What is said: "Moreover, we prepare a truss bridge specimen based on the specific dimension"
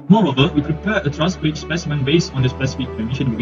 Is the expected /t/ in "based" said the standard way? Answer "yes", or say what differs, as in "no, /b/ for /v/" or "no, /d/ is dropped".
no, /t/ is dropped